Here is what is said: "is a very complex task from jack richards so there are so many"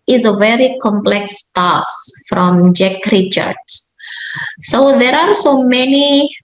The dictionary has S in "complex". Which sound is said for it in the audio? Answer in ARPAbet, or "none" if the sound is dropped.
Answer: S